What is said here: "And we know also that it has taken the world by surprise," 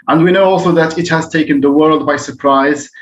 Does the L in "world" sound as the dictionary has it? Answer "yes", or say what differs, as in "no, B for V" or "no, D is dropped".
yes